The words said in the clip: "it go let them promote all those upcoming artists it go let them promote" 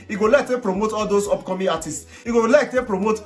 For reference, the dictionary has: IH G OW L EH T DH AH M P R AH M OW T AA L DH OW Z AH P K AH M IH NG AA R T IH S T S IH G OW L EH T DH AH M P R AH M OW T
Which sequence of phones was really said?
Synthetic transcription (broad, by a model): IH G OW L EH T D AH P R AH M OW T AA L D OW S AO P K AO M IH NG AA T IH S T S IH G OW L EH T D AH P R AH M OW T